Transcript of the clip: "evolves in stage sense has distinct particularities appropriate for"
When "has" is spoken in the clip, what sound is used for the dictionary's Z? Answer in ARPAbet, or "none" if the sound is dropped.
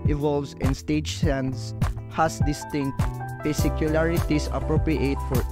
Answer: S